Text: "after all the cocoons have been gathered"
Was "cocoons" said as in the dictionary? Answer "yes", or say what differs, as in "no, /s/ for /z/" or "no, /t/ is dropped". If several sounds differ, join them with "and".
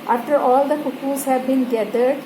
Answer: no, /n/ is dropped